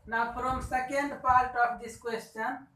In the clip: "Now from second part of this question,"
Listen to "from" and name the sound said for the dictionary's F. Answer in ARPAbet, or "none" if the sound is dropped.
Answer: P